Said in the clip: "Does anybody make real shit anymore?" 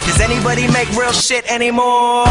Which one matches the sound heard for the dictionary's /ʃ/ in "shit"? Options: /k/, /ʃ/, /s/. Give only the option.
/ʃ/